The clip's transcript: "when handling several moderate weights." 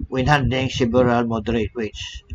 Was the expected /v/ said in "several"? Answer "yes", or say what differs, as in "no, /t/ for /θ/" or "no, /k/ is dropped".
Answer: no, /b/ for /v/